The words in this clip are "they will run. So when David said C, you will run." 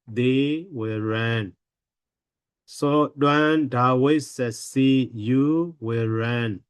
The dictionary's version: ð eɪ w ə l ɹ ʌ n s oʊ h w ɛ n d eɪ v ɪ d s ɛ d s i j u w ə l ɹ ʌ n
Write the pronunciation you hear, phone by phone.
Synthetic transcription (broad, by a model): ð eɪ w ə l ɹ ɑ n s oʊ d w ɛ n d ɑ w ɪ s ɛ s i j u w ə l ɹ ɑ n